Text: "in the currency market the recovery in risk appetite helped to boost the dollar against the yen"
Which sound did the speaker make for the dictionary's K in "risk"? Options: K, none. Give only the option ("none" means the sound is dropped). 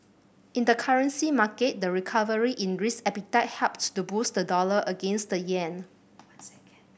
none